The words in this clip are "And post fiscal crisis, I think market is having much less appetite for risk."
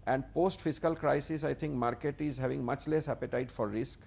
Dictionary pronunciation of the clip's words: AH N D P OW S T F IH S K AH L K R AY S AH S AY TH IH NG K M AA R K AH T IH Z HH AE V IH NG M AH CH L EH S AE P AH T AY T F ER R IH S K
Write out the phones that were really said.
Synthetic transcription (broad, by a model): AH N D P OW S T F IH S K AH L K R AY S AH S AY T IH NG K M AA R K AH T IH Z HH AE V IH NG M AH CH L EH S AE P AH T AY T F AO R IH S K